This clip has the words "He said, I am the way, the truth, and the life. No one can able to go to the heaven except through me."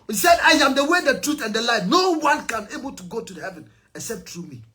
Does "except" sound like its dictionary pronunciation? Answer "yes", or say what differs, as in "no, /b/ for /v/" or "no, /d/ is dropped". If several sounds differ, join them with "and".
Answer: no, /k/ is dropped